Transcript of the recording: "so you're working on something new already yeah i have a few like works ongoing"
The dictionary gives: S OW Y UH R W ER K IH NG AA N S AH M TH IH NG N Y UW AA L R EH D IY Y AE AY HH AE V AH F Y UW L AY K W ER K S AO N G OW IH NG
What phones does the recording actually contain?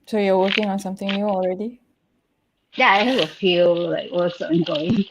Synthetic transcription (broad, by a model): S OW Y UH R W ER K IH NG AA N S AH M TH IH NG N Y UW AA L R EH D IY Y AE AY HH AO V AH F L L AY K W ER S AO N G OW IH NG